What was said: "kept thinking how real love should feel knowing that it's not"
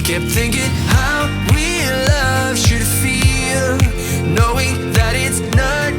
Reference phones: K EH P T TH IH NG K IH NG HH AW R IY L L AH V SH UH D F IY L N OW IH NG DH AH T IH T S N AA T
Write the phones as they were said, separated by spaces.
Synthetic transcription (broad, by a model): K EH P TH IH NG K IH NG HH AW W IY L L AH V SH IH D F IY L N OW IH NG DH AH T IH T S N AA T